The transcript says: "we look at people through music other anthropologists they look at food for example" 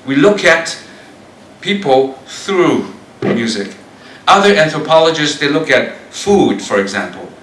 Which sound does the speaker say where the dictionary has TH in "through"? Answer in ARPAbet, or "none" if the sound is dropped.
TH